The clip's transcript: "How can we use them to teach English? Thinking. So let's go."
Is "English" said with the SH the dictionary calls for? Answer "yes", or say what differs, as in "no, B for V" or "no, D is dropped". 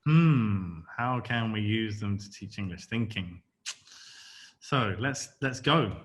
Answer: yes